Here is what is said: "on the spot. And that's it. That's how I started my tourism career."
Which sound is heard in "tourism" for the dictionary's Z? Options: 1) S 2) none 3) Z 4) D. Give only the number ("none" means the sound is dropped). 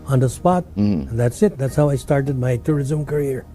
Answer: 3